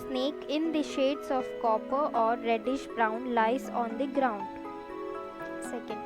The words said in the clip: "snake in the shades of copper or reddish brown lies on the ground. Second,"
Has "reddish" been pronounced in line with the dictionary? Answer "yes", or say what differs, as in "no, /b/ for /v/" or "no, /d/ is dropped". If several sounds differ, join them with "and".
yes